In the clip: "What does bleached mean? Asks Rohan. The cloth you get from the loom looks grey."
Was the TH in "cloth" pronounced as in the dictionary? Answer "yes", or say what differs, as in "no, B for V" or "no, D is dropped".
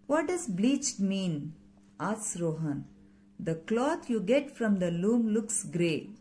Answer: no, T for TH